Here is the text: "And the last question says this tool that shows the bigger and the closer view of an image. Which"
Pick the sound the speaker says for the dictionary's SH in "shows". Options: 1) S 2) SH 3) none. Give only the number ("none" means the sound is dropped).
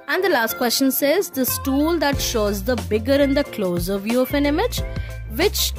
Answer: 2